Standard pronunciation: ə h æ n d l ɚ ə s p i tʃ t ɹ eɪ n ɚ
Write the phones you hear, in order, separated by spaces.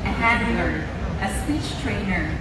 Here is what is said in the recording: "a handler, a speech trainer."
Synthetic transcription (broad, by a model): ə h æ d ɚ ə s p i tʃ t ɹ eɪ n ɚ